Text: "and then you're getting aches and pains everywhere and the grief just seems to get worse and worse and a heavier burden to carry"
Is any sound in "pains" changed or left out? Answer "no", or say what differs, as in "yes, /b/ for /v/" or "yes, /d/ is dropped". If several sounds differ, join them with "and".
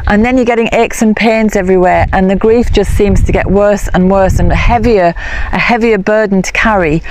no